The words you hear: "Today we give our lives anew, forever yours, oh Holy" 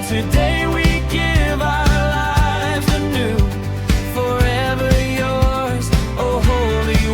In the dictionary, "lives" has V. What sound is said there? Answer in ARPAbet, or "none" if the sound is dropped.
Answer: V